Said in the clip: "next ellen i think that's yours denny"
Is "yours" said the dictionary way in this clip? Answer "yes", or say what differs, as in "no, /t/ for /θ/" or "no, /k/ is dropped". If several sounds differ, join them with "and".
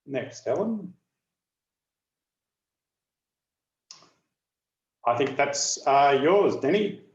yes